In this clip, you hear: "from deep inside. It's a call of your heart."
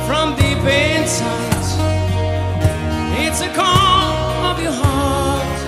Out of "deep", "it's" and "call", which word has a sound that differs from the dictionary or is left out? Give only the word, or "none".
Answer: deep